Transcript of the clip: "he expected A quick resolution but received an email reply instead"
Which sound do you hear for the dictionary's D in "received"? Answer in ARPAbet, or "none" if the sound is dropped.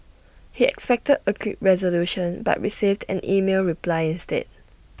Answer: D